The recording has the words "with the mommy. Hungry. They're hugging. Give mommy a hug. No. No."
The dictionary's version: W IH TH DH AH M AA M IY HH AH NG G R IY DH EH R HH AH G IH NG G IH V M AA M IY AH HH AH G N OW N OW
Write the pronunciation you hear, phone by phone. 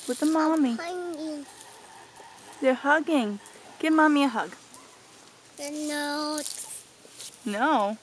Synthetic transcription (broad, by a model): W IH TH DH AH M AA M IY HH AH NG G IY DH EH R HH AH G IH NG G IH M AA M IY AH HH AH G N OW N OW